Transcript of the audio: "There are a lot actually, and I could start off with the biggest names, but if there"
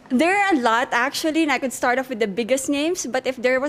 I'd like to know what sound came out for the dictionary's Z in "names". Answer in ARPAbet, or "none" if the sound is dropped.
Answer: S